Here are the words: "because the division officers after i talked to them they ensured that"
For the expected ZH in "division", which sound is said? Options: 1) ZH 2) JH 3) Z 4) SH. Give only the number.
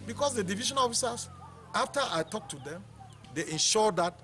4